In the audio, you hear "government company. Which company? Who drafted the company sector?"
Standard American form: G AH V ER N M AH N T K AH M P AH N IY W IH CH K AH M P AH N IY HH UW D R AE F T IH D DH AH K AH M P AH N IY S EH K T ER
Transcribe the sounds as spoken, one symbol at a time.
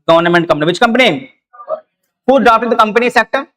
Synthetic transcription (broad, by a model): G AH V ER N M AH N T K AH M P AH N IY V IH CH K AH M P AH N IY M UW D AA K T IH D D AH K AH M P AH N IY S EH K T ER